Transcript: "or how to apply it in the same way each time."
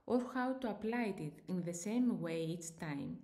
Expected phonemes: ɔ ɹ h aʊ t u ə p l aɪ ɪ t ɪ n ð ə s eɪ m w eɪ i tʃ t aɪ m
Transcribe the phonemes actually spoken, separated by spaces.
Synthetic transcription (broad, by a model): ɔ ɹ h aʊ t u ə p l aɪ ɪ t ɪ n ð ə s eɪ m w eɪ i s t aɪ m